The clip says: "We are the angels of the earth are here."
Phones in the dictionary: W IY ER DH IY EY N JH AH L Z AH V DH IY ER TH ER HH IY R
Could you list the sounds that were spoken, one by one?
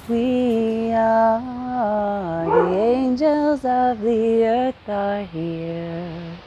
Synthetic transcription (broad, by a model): W IY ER DH IY EY N JH AH L Z AH V DH IY ER TH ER HH IY R